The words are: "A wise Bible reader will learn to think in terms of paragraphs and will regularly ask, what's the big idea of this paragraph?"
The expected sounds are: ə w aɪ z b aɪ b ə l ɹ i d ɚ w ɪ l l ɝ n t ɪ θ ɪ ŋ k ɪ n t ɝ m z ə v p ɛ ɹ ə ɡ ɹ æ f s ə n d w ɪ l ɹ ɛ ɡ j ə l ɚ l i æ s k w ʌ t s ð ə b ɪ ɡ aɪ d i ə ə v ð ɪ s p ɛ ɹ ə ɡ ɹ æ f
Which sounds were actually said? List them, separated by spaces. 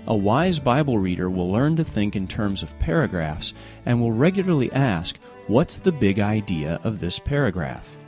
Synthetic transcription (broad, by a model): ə w aɪ z b aɪ b l ɹ i d ɚ w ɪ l l ɝ n t ɪ θ ɪ ŋ k ɪ n t ɝ m z ə v p ɛ ɹ ə ɡ ɹ æ f s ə n w ɪ l ɹ ɛ ɡ j l ɚ l i æ s k w ʌ t s ð ə b ɪ ɡ aɪ d i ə ə v ð ɪ s p ɛ ɹ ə ɡ ɹ æ f